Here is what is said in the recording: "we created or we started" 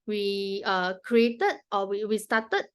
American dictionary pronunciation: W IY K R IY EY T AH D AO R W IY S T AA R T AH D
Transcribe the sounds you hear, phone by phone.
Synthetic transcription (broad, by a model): W IY K R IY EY T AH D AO W W IY S T AA T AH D